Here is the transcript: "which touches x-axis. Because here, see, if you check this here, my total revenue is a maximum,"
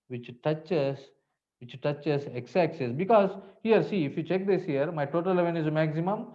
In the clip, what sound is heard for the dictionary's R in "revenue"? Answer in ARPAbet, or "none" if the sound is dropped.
L